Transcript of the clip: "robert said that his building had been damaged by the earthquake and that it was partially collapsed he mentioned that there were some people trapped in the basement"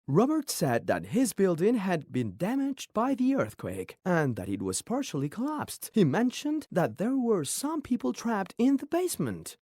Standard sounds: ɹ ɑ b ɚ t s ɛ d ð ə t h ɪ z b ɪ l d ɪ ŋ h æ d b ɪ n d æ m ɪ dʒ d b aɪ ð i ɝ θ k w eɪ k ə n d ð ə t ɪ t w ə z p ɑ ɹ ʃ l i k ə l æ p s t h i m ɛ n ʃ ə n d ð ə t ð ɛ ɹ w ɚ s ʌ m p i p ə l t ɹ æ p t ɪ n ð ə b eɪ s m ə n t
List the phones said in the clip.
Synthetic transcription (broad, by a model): ɹ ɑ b ɚ t s ɛ d ð ə t h ɪ z b ɪ l d ɪ ŋ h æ d b ɪ n d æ m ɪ dʒ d b aɪ ð i ɝ θ k w eɪ k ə n ð ə t ɪ t w ə z p ɑ ɹ ʃ l i k ə l æ p s t h i m ɛ n ʃ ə n ð ə t ð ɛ ɹ w ɚ s ʌ m p i p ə l t ɹ æ p t ɪ n ð ə b eɪ s m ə n t